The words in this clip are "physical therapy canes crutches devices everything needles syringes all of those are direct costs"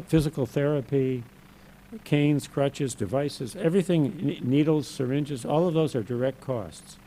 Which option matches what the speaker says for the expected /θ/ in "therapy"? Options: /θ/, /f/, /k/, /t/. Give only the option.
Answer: /θ/